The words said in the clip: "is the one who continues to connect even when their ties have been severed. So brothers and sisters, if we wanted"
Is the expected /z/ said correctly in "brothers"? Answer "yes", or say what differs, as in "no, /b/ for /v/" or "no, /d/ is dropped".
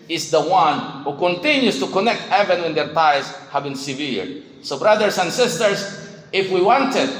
no, /s/ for /z/